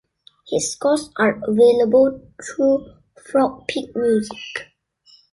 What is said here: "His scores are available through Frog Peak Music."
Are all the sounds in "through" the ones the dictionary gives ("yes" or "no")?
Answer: no